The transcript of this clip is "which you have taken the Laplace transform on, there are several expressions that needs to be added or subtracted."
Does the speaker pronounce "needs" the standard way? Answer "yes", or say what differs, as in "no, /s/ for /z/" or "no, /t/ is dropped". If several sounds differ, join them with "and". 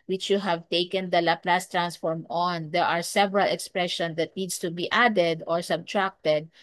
no, /s/ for /z/